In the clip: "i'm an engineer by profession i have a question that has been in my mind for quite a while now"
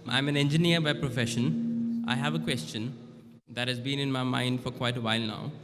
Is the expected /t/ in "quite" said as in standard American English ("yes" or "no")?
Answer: yes